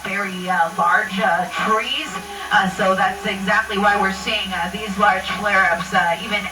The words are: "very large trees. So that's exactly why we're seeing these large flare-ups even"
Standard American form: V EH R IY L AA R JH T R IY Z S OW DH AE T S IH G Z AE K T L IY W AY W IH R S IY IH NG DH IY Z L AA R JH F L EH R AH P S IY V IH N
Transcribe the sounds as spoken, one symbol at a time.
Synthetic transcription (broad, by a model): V EH R IY L AA R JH T R IY Z S OW DH AE T S IH G Z AE K T L IY W AY W IH R S IY IH NG DH IY Z L AA R JH F L EH R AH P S IY V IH N